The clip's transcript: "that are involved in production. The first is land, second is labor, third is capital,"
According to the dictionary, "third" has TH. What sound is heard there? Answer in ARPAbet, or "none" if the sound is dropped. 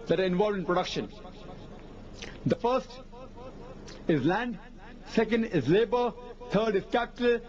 T